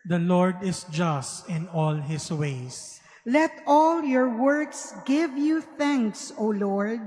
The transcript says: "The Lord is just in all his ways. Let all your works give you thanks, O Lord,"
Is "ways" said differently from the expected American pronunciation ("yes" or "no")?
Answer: yes